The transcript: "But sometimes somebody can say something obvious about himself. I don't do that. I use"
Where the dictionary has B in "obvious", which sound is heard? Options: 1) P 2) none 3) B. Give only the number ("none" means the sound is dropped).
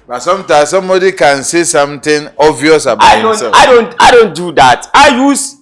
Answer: 2